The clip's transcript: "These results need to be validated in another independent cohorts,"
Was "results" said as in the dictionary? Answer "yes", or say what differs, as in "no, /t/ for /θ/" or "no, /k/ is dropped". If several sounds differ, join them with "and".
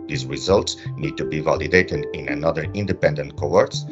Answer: yes